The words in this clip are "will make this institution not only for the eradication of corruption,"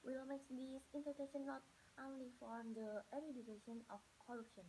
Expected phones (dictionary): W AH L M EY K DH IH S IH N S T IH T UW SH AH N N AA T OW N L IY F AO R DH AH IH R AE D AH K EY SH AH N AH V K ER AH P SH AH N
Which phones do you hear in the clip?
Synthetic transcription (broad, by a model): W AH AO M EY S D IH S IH N T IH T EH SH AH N N AA T OW N L IY F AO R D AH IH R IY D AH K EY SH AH N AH F K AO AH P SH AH N